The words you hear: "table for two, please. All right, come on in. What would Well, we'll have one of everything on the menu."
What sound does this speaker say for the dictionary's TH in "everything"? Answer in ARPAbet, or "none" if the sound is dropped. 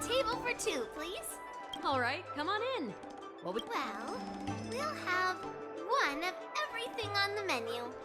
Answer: TH